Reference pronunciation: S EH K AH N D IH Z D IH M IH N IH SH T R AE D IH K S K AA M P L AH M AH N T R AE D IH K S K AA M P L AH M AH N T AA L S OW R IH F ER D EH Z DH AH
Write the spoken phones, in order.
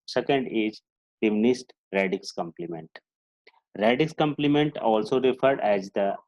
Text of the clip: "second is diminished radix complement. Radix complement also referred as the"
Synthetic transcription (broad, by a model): S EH K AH N D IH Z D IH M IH N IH S T R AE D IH K S K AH M P L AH M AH N T R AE D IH K S K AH M P L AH M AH N T AA L S OW R IH F ER D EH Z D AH